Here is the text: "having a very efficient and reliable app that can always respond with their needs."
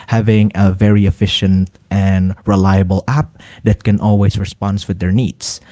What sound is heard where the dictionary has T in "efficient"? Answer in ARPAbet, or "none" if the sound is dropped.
T